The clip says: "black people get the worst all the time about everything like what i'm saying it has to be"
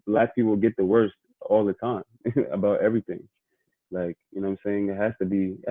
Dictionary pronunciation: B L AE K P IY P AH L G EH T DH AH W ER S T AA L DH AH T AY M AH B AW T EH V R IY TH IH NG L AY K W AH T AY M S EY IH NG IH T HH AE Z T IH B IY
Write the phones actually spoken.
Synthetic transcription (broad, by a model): L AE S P IY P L G EH T DH AH W ER S T AA L DH AH T AY M AH B AW T EH V R IY TH IH NG L AY K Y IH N AY M S EY IH NG IH T HH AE S T IH B IY